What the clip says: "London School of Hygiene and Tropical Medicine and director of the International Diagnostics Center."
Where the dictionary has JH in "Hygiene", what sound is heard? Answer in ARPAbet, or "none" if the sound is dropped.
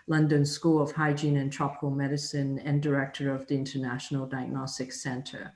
JH